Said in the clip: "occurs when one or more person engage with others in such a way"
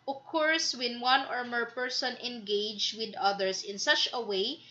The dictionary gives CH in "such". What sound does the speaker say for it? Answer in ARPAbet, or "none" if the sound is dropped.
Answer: CH